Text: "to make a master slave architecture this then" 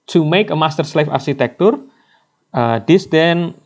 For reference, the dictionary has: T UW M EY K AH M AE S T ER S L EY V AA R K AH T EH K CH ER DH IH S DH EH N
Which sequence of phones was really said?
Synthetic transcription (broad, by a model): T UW M EY K AH M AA S T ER S L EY F AA R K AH T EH K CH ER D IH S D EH N